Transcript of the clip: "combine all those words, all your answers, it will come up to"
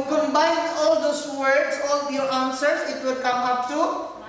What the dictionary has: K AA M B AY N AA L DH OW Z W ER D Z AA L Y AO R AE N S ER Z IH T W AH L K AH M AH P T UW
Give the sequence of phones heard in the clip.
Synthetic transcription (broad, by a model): K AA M B AY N AA L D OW S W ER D S AA L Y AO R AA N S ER S IH T W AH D K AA M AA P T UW